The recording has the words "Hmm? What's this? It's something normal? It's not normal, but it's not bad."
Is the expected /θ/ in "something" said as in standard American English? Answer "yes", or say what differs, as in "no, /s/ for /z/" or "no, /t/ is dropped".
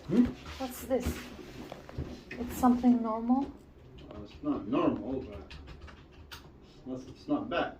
yes